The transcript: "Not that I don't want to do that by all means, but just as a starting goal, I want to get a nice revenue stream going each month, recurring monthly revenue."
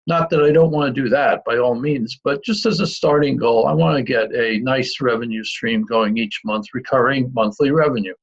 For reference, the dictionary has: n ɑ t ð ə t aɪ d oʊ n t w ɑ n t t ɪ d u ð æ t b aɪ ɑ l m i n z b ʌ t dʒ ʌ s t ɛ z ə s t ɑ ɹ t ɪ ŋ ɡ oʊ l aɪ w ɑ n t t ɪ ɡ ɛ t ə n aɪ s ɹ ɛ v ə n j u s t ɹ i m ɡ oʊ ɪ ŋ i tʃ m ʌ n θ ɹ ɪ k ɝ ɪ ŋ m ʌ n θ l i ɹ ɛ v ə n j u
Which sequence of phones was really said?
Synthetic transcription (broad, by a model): n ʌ t ð ə t aɪ d oʊ n t w ɑ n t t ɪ d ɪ ð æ t b aɪ ɑ l m i n z b ʌ t dʒ ʌ s t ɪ z ə s t ɑ ɹ t ɪ ŋ ɡ oʊ l aɪ w ɑ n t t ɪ ɡ ɛ t ə n aɪ s ɹ ɛ v ə n j u s t ɹ i m ɡ oʊ ɪ ŋ i tʃ m ʌ n θ ɹ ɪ k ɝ ɪ ŋ m ʌ n θ l i ɹ ɛ v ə n j u